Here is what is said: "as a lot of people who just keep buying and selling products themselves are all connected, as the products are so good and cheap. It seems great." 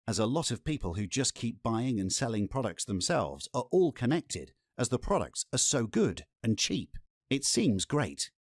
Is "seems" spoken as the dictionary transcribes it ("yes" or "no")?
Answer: yes